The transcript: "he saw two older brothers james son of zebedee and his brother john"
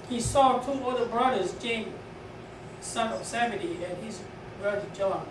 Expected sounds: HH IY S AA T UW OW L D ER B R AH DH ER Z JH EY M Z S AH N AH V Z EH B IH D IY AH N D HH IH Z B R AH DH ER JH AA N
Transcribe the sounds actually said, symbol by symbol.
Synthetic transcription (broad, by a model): HH IY S AA T UW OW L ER B R AH DH ER Z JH EY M S AH N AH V S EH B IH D IY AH N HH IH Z B R AH DH ER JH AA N